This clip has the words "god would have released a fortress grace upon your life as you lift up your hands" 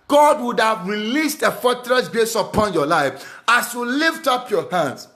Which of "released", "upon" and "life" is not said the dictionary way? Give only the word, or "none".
none